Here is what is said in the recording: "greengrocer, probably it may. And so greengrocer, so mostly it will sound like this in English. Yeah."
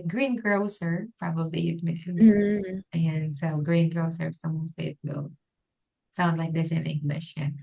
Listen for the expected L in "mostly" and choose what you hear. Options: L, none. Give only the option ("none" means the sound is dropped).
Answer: none